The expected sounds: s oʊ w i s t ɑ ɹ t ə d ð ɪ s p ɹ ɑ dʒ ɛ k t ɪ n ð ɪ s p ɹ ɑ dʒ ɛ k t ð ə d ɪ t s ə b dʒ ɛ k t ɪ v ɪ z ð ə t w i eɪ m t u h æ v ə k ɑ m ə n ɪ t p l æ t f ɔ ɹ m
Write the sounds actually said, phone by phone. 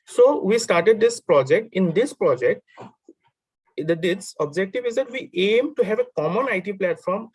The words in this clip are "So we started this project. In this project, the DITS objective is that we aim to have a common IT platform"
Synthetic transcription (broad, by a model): s oʊ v i s t ɑ ɹ t ə d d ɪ s p ɹ ɑ dʒ ɛ k t ɪ n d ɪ s p ɹ ɑ dʒ ɛ k t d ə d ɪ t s ə b dʒ ɛ k t ɪ v ɪ z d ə t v i eɪ m t u h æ v ə k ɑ m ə n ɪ t p l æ t f ɔ ɹ m